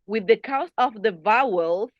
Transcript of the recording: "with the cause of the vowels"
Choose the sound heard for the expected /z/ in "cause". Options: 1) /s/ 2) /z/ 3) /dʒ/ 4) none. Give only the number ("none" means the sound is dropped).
1